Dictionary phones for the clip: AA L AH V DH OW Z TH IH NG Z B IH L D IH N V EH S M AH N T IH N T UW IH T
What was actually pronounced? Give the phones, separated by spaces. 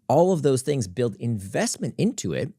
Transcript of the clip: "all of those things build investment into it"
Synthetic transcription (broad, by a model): AA L AH V DH OW Z TH IH NG Z B IH L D IH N V EH S M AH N T IH N T UW IH T